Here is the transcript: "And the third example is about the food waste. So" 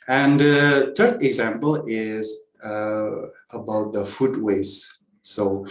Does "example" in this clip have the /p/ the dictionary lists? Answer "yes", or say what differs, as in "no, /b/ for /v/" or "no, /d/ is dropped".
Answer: yes